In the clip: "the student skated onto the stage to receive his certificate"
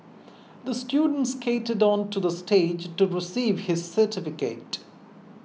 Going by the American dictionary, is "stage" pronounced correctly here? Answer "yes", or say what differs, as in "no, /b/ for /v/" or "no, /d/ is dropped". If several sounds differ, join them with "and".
yes